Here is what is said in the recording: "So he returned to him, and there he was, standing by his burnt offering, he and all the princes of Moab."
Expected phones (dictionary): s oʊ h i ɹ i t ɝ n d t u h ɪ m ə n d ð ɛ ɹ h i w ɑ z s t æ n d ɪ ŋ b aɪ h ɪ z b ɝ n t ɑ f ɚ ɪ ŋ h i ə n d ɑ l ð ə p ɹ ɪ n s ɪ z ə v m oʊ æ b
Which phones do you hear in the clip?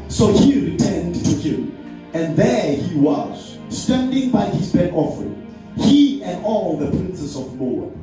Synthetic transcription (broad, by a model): s oʊ h i ɹ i t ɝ n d t u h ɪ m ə n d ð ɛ h i w ɑ z s t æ n d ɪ ŋ b aɪ h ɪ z b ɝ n ɑ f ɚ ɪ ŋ h i ə n d ɑ l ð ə p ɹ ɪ n s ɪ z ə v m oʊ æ